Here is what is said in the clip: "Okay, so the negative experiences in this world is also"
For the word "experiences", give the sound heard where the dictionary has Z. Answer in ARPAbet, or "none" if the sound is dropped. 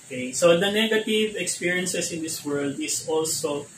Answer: S